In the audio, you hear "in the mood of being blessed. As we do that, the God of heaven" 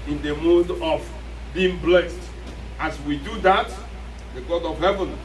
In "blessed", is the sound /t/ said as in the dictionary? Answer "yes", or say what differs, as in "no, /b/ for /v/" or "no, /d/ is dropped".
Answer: yes